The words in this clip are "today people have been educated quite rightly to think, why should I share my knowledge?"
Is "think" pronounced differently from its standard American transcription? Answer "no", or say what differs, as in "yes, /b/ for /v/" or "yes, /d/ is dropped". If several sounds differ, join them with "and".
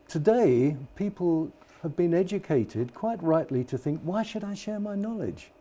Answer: no